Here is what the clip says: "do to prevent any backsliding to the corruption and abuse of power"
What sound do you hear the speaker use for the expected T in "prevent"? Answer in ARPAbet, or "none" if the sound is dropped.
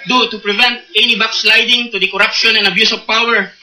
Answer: T